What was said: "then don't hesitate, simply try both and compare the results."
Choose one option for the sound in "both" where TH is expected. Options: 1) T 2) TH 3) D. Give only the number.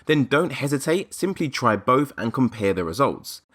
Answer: 2